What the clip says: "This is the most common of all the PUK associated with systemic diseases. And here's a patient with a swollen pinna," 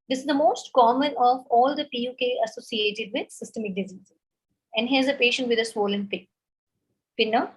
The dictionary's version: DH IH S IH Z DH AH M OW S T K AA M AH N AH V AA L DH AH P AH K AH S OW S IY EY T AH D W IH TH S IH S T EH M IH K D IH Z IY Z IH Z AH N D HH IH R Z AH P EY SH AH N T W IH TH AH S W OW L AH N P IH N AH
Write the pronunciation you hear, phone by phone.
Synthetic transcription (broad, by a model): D IH S IH Z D AH M OW S T K AA M AH N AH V AA L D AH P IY K AH S OW S IY EY T AH D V IH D S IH S T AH M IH K D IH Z IY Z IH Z AH N D HH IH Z AH P EY SH AH N T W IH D AH S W OW L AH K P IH N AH